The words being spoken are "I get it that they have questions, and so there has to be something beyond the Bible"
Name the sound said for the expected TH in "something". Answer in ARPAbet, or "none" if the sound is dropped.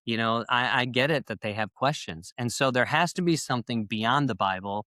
TH